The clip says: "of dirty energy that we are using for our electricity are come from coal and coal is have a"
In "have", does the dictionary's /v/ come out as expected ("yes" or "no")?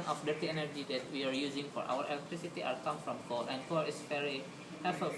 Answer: no